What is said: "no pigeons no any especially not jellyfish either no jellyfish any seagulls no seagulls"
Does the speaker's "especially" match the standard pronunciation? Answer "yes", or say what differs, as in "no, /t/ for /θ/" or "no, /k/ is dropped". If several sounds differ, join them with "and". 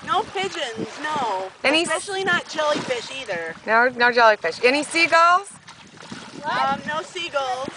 no, /p/ is dropped